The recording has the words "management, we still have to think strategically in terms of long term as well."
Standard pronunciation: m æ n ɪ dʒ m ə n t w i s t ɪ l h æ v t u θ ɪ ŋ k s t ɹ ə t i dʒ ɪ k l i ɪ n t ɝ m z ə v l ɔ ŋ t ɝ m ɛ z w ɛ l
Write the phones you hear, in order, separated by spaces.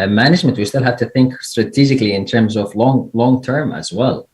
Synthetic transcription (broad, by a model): m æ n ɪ dʒ m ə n t w i s t ɪ l h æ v t u θ ɪ ŋ k s t ɹ ə t i dʒ ɪ k l i ɪ n t ɝ m z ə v l ɔ ŋ t ɝ m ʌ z w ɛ l